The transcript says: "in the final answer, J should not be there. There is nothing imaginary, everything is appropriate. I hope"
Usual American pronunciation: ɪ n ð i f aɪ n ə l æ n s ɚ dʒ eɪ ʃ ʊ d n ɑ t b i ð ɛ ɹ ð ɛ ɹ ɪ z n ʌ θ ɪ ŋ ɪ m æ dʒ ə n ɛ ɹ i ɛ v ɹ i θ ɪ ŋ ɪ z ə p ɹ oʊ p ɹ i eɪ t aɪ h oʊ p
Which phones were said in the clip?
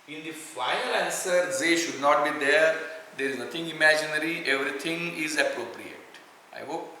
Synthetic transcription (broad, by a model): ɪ n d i f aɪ ə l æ n s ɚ z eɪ ʃ ʊ d n ɑ t b i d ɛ ɹ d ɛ ɹ ɪ z n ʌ t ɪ ŋ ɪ m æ dʒ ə n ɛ ɹ i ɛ v ɹ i t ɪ ŋ ɪ z ə p ɹ oʊ p ɹ i eɪ t aɪ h oʊ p